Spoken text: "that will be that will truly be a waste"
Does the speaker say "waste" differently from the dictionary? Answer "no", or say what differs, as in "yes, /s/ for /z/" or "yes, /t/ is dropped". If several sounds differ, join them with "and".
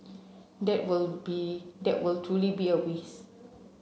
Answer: yes, /t/ is dropped